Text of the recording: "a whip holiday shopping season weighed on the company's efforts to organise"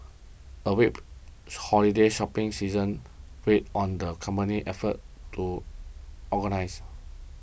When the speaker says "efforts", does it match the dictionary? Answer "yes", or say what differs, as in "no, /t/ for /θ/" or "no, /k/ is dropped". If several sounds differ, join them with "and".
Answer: no, /s/ is dropped